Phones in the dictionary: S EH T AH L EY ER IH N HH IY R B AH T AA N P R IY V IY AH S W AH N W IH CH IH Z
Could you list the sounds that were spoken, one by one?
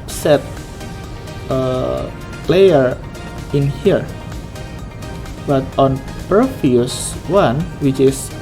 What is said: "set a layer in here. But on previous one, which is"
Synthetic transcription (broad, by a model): S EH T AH L EY ER IH N HH IY R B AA T AA N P AH F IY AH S W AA N W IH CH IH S